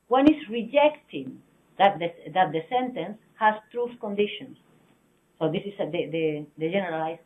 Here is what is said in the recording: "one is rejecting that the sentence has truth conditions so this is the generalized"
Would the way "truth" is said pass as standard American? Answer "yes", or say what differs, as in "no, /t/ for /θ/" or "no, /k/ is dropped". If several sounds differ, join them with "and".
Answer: yes